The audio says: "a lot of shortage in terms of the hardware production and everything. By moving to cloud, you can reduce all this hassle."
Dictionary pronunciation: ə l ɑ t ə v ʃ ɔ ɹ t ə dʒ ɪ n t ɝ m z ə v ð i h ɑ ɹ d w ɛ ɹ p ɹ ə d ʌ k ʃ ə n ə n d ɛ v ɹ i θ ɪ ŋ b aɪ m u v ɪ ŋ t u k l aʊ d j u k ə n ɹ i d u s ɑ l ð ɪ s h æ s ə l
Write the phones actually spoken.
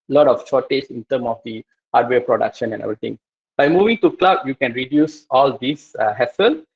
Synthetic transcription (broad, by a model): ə l ɑ t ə f ʃ ɔ t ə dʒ ɪ n t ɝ m ə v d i h ɑ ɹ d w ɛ p ɹ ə d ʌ k ʃ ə n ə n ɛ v ɹ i t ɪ ŋ b aɪ m u v ɪ ŋ t u k l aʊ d j u k ə n ɹ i d u s ɑ l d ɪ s h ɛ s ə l